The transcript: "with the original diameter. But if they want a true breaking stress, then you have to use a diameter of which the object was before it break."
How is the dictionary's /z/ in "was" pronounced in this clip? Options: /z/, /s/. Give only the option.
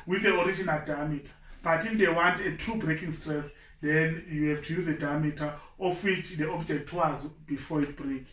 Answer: /z/